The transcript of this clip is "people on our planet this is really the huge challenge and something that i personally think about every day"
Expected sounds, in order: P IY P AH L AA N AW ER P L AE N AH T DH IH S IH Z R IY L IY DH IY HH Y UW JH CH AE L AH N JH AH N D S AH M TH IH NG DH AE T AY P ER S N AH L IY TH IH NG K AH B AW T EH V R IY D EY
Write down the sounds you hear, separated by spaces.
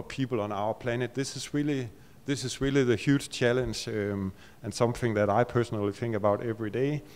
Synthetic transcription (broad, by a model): P IY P L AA N AW ER P L AE N AH T DH IH S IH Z R IY L IY DH IY HH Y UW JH CH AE L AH N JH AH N S AH M TH IH NG DH AE T AY P ER S N AH L IY TH IH NG K AH B AW T EH V R IY D EY